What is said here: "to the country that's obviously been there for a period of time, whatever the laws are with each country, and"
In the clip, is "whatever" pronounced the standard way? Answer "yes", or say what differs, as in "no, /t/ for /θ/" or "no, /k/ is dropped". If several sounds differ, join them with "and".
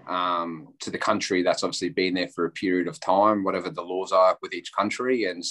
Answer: yes